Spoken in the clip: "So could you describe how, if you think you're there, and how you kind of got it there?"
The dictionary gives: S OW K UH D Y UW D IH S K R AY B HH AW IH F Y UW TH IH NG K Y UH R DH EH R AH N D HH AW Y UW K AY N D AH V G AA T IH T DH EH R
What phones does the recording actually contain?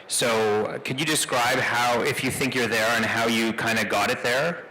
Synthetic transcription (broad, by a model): S OW K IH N Y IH D IH S K R AY B HH AW IH F Y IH TH IH NG K Y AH R DH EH R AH N HH AW Y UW K AY N D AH G AA T IH T DH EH R